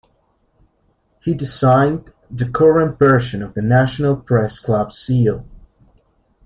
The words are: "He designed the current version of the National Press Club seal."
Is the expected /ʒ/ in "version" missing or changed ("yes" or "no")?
yes